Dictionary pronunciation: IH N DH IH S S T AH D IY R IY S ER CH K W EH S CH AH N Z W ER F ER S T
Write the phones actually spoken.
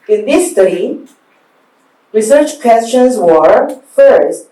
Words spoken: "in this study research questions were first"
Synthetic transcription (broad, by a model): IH N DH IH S S T AH D IY R IY S ER CH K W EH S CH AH N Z W ER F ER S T